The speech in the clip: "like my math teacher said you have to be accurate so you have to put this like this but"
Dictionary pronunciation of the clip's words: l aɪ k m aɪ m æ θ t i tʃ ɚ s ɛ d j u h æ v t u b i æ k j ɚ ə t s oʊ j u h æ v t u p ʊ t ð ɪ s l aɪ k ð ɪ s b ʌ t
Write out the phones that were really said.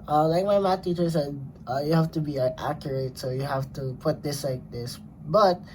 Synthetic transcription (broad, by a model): l aɪ k m aɪ m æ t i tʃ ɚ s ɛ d j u h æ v t u b i æ k j ɚ ə t s oʊ j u h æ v t u p ʊ t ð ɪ s l aɪ k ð ɪ s b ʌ t